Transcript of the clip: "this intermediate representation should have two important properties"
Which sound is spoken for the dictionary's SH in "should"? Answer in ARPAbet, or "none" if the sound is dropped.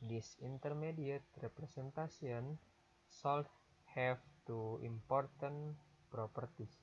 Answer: S